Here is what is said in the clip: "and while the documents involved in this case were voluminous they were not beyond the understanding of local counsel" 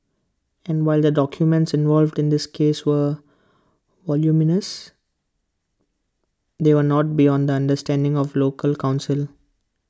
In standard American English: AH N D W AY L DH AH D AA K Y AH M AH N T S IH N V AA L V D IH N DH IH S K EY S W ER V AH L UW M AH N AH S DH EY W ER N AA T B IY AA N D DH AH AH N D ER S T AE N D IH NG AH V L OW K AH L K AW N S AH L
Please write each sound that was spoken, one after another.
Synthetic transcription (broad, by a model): AH N D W AY L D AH D AA K Y AH M AH N T S IH N V AA L V D IH N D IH S K EY S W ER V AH L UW M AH N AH S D EY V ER N AA T B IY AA N D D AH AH N D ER S T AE N D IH NG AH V L OW K AH L K AW N S AH L